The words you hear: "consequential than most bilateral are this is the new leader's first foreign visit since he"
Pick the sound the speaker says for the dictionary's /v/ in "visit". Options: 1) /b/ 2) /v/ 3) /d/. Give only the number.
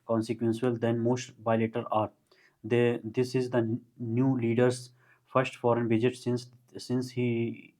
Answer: 1